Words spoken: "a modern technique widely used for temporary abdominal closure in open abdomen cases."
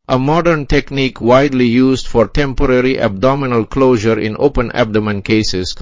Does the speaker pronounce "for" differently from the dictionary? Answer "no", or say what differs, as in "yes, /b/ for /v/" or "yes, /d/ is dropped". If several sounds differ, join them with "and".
no